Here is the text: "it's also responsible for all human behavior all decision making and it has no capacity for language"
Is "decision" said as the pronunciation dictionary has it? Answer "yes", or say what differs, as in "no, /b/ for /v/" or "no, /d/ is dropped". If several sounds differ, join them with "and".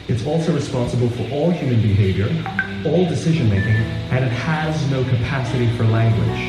yes